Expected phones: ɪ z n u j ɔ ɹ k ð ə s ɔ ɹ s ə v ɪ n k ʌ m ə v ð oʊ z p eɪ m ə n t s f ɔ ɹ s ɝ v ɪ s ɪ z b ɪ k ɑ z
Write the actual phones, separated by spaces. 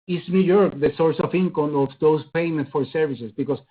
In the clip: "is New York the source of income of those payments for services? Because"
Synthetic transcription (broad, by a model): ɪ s n u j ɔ ɹ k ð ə s ɔ ɹ s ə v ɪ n k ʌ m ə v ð oʊ s p eɪ m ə n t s f ɔ ɹ s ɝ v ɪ s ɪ s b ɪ k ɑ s